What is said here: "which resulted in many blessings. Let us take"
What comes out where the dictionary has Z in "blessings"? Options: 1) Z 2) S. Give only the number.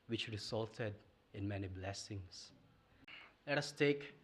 2